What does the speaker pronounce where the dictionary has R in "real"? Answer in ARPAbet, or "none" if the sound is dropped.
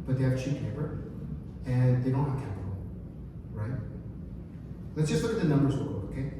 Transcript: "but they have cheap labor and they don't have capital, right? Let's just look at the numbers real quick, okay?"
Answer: W